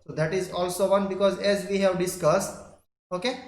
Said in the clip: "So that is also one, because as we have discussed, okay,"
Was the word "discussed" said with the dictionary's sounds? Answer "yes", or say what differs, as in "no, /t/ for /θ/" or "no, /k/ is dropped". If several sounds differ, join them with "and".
yes